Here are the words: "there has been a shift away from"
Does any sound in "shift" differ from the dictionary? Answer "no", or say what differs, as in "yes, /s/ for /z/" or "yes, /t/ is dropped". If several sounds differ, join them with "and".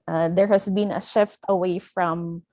no